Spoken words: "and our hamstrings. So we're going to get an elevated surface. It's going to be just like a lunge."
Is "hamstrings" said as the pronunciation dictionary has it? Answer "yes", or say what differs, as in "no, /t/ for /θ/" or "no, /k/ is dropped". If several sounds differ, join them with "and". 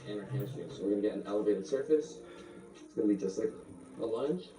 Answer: no, /m/ is dropped